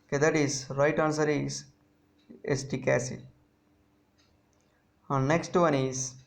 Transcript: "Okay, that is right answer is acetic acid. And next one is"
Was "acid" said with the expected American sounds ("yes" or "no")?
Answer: no